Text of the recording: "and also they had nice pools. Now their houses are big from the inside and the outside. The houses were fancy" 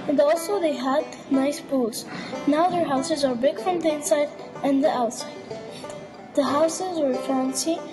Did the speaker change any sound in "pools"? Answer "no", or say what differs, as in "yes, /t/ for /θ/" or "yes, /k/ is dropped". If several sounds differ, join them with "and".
yes, /b/ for /p/